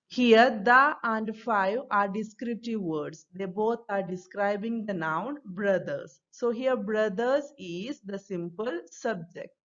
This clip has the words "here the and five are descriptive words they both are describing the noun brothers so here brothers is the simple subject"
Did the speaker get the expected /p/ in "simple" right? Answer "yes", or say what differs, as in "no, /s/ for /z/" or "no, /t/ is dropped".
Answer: yes